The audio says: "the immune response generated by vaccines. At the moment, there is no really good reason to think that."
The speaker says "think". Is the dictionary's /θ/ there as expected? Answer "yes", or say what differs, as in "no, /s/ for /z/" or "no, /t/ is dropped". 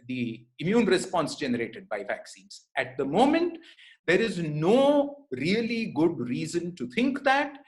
no, /t/ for /θ/